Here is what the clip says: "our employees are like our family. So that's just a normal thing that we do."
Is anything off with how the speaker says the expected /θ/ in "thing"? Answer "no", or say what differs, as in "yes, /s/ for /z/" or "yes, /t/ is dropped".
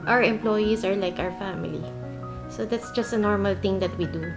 yes, /t/ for /θ/